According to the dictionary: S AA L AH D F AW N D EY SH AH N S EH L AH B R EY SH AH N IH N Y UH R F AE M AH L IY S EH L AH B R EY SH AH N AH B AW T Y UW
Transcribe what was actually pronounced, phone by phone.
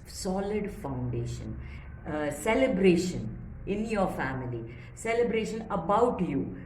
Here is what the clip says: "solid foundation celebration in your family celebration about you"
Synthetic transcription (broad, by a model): S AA L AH D F AW N D EY SH AH N S EH L AH B R EY SH AH N IH N Y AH R F AE M AH L IY S EH L AH B R EY SH AH N AH B AW T Y UW